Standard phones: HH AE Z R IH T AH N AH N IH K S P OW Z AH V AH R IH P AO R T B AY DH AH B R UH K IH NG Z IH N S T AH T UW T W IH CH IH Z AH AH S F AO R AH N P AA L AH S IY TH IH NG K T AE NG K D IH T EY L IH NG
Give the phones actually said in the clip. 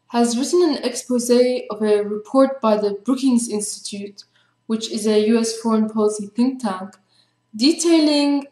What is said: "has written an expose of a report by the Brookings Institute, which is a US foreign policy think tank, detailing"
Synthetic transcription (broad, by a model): HH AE Z R IH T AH N AH N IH K S P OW Z AH V AH R IH P AO R T B AY DH AH B R UH K IH NG Z IH N S T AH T UW T W IH CH IH Z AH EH S F AO R AH N P AA L AH S IY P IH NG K T AE NG K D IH T EY L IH NG